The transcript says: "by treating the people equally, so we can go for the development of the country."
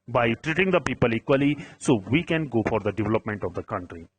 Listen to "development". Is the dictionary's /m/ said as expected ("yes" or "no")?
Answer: yes